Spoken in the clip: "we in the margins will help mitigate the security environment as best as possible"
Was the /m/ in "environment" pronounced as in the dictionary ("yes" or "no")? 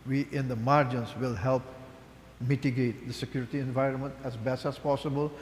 yes